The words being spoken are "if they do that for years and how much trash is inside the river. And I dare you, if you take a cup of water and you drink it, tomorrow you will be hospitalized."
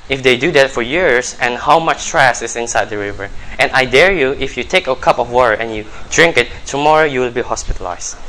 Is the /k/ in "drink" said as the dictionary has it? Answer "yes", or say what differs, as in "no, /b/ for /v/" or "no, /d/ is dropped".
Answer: yes